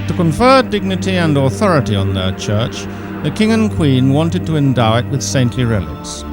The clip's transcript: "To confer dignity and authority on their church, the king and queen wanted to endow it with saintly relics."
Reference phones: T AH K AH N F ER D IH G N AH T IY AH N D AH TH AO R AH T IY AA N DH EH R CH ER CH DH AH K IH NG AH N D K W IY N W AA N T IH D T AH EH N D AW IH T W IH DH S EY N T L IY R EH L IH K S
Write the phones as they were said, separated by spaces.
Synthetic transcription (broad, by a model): T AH K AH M F ER D IH G N AH T IY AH N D AH TH AO R AH T IY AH N DH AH R CH ER CH DH AH K IH NG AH N K W IY N W AA N T IH D T AH EH N D AW IH T W IH DH S EY N T L IY R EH L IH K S